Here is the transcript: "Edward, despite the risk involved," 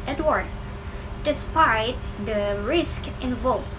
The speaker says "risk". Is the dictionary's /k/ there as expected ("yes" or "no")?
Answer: yes